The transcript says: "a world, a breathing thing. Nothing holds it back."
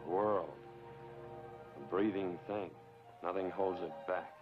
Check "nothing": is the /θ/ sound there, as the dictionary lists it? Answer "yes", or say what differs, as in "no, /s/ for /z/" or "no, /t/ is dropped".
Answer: yes